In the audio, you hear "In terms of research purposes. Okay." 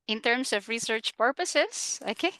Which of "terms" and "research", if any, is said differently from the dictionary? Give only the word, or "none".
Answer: terms